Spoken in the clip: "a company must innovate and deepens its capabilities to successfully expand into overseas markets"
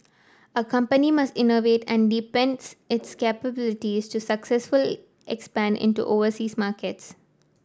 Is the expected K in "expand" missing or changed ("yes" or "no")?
no